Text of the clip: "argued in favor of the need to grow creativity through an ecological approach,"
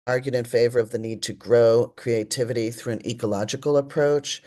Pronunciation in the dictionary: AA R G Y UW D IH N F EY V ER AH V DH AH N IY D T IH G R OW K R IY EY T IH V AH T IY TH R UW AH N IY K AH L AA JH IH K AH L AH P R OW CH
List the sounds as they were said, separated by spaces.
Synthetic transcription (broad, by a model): AA R G Y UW D IH N F EY V ER AH V DH AH N IY D T IH G R OW K R IY EY T IH V AH T IY TH R UW AH N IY K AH L AA JH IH K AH L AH P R OW CH